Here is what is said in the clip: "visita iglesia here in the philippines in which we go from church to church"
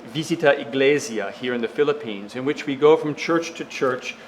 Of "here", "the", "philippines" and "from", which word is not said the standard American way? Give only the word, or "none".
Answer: none